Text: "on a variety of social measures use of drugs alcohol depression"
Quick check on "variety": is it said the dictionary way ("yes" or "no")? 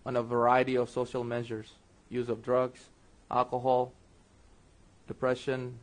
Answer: yes